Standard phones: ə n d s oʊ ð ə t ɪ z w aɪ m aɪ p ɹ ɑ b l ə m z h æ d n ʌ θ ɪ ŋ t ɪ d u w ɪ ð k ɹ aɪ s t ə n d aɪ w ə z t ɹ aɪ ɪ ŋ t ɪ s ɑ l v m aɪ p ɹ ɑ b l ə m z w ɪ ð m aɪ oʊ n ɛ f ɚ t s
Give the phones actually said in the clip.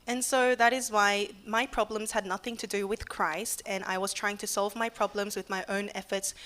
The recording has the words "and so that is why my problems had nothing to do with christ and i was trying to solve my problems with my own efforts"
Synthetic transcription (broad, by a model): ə n s oʊ ð ə t ɪ z w aɪ m aɪ p ɹ ɑ b l ə m z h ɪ d n ʌ θ ɪ ŋ t ɪ d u w ɪ ð k ɹ aɪ s t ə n aɪ w ə z t ɹ aɪ ɪ ŋ t ɪ s ɑ l v m aɪ p ɹ ɑ b l ə m z w ɪ ð m aɪ oʊ n ɛ f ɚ t s